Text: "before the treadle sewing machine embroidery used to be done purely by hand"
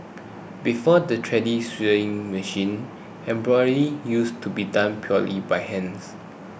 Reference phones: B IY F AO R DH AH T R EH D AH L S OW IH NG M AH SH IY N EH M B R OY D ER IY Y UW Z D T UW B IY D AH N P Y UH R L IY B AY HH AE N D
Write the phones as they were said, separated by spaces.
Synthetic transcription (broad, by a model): B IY F AO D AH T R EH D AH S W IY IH NG M AH SH IY N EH M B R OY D IY Y UW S T UW B IY D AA N P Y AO L IY B AY HH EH N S